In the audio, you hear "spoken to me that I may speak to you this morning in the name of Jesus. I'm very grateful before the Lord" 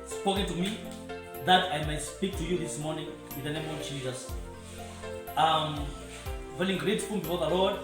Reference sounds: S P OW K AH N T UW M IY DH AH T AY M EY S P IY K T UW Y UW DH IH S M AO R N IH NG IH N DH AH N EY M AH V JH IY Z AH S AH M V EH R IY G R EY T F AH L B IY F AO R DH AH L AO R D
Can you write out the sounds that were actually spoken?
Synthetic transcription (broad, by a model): S P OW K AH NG T UW M IY DH AH T AY M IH S P IY K T UW Y UW DH IH S M AO R N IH NG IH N DH AH N EY M AH V JH IY Z AH S AH M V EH L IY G R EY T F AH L B IY F AO R DH AH L AO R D